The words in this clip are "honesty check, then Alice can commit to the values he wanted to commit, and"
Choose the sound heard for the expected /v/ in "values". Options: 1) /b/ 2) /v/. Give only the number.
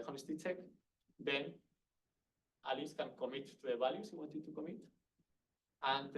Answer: 1